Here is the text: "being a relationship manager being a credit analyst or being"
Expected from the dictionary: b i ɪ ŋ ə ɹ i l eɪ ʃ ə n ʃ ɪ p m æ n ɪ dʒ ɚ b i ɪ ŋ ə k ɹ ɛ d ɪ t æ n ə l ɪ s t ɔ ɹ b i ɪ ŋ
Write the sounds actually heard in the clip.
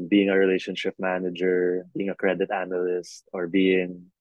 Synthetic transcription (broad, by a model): b i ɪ ŋ ə ɹ i l eɪ ʃ ə n ʃ ɪ p m æ n ɪ dʒ ɚ b i ɪ ŋ ə k ɹ ɛ d ɪ t æ n ə l ɪ s t ɔ ɹ b i ɪ ŋ